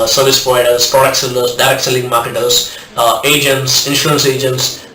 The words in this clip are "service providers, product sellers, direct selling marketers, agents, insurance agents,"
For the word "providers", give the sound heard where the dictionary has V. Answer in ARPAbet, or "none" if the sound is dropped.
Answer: none